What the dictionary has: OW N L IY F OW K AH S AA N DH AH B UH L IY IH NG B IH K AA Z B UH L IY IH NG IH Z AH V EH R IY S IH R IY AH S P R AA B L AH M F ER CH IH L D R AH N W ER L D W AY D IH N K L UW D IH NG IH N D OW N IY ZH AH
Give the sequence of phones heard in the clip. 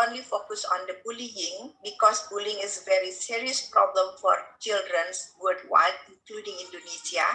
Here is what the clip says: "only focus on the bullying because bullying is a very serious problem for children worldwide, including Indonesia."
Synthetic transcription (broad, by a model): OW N L IY F OW K AH S AA N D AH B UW L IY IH NG B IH K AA S B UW L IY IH NG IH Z AH V EH R IY S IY R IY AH S P R AA B L AH M F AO CH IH L D R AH N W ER D W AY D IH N K L UW D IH NG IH N D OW N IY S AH